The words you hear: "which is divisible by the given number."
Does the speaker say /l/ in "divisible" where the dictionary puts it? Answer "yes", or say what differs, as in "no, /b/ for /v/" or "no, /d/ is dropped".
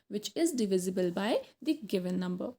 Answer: yes